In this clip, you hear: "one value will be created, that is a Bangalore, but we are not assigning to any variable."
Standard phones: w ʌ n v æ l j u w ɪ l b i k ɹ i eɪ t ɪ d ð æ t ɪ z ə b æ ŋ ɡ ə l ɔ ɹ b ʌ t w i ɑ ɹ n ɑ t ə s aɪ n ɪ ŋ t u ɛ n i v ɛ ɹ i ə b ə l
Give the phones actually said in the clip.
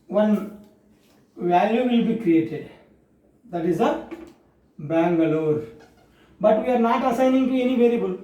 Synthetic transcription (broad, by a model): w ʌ n v æ l j u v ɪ l b i k ɹ i eɪ t ɪ d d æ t ɪ z ə b æ ŋ ɡ ə l ɔ ɹ b ʌ t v i ɑ ɹ n ɑ t ə s aɪ n ɪ ŋ t u ɛ n i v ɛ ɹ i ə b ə l